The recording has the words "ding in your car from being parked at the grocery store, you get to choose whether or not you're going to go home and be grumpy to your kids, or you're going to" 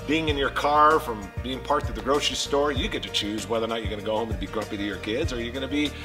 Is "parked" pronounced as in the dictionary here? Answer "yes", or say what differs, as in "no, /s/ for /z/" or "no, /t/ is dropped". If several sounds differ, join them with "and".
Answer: no, /k/ is dropped